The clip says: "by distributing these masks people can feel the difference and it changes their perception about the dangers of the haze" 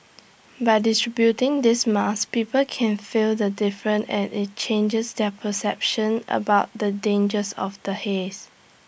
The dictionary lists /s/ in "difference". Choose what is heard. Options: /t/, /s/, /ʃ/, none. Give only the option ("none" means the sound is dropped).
none